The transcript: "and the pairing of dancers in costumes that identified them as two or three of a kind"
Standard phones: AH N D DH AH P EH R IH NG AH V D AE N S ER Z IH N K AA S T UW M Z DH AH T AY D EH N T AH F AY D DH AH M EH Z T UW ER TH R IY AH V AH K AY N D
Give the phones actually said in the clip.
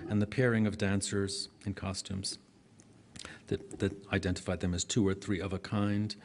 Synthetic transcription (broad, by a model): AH N DH AH P EH R IH NG AH V D AE N S ER Z IH N K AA S T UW M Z DH AH T AY D EH N T AH F AY D DH AH M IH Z T UW ER TH R IY AH V AH K AY N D